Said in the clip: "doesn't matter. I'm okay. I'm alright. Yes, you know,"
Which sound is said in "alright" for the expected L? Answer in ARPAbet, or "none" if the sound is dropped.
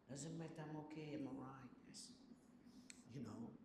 none